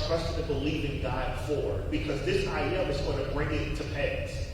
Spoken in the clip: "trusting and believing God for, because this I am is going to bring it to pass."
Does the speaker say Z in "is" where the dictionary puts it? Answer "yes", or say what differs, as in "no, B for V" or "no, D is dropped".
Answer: yes